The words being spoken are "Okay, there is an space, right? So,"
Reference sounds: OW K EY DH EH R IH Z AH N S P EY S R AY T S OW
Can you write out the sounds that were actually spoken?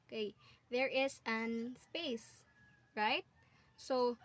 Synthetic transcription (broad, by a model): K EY DH EH R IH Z AH N S P EY S R AY T S OW